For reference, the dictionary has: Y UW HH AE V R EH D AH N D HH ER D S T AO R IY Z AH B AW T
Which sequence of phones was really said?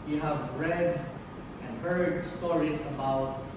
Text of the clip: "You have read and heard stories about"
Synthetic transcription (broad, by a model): Y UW HH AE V R EH D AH N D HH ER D S T AO R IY S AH B AW T